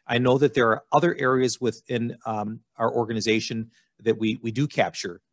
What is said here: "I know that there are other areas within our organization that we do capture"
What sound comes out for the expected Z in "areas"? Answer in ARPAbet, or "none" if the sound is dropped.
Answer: Z